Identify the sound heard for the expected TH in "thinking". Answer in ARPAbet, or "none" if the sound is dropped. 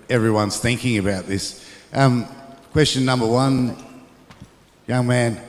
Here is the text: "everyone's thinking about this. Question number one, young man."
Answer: TH